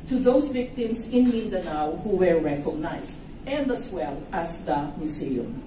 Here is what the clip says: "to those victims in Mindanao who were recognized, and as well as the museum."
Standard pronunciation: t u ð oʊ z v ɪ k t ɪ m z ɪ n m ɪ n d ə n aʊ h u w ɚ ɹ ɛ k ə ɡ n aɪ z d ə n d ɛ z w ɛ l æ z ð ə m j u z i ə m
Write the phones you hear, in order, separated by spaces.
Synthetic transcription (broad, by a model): t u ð oʊ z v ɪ k t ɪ m s ɪ n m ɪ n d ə n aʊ h u w ɚ ɹ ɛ k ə ɡ n aɪ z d ə n d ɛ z w ɛ l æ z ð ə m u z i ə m